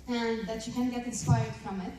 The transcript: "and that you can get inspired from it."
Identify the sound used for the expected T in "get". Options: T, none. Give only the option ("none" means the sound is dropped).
T